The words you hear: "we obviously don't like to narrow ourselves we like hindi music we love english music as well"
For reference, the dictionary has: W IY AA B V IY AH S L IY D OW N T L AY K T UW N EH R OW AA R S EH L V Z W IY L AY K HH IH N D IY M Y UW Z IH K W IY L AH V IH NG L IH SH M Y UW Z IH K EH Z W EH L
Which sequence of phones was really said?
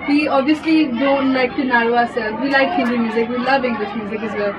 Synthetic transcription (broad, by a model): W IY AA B IY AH S L IY D OW N T L AY K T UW N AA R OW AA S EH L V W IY L AY K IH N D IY M Y UW Z IH K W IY L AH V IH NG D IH S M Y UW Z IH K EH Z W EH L